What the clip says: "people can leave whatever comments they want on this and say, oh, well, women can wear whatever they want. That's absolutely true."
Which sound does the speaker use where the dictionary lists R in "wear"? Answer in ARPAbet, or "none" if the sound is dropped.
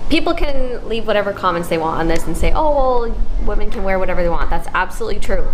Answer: R